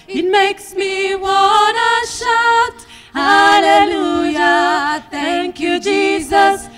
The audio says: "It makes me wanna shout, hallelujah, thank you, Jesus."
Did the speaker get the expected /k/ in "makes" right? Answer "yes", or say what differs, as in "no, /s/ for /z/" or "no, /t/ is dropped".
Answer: yes